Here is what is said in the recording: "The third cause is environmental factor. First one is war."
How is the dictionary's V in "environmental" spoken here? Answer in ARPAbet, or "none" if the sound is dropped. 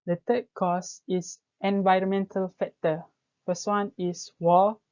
V